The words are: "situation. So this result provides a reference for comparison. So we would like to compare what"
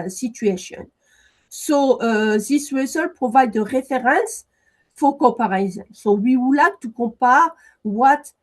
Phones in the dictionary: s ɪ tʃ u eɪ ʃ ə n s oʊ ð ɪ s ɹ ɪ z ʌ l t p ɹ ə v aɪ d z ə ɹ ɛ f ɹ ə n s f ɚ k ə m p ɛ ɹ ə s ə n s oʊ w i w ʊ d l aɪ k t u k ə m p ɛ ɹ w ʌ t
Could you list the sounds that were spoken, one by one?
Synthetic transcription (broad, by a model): s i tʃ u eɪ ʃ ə n s oʊ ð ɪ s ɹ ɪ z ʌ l p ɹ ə v aɪ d ə ɹ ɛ f ɹ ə n s f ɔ k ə p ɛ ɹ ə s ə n s oʊ w i w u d l aɪ k t u k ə p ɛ ɹ w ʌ t